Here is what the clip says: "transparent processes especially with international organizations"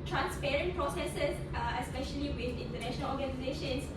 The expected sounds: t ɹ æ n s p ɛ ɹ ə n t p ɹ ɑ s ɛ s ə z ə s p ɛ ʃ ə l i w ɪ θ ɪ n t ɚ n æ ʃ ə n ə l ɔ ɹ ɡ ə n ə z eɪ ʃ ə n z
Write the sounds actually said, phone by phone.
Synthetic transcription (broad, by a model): t ɹ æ n s p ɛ ɹ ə n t p ɹ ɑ s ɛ s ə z ə s p ɛ ʃ ə l i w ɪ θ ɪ n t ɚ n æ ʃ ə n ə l ɔ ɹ ɡ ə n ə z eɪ ʃ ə n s